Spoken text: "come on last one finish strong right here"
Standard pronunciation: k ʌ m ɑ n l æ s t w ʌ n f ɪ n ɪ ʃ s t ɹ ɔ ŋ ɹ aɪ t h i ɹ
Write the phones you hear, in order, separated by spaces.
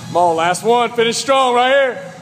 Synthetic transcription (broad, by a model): m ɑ l l æ s t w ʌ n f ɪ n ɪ s t ɹ ɔ ŋ ɹ aɪ t h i ɹ